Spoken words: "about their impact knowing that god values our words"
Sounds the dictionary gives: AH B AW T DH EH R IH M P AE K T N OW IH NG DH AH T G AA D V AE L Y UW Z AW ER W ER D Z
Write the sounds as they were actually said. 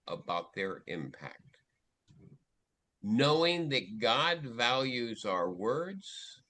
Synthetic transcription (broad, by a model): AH B AW T DH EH R IH M P AE K T N OW IH NG DH AH T G AA D V AE L Y UW Z AW ER W ER D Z